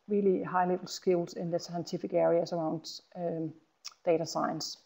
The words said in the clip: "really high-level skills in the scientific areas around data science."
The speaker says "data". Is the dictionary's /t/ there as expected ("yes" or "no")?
yes